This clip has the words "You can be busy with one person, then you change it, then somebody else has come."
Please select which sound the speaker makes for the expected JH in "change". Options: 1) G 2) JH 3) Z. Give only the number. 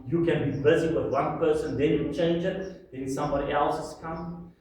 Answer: 2